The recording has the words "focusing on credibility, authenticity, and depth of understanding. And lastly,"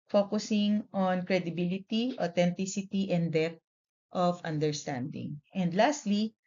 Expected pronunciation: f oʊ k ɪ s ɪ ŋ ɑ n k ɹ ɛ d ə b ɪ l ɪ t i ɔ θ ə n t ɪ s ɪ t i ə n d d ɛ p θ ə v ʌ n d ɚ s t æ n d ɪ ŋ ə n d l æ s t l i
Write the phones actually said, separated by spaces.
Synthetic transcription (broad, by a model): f oʊ k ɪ s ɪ ŋ ɑ n k ɹ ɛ d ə b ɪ l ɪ t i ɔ t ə n t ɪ s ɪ t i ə n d d ɛ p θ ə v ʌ n d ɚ s t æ n d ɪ ŋ ə n d l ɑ s t l i